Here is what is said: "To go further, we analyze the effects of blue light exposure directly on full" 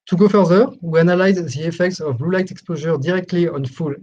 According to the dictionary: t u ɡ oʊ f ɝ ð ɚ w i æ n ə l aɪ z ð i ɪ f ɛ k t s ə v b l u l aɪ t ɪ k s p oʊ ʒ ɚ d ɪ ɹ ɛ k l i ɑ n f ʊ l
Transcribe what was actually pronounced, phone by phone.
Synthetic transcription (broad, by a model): t u ɡ oʊ f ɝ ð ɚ w i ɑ n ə l aɪ z ð i ɪ f ɛ k t s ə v b l u l aɪ t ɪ k s p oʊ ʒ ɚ d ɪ ɹ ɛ k l i ɑ n f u l